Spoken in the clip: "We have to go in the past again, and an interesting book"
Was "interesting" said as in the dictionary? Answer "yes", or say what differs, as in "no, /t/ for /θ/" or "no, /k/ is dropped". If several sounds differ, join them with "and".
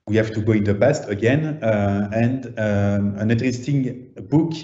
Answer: no, /n/ is dropped